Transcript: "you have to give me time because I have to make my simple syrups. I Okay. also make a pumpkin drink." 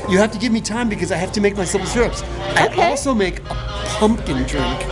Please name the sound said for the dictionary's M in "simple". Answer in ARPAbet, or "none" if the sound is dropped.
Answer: none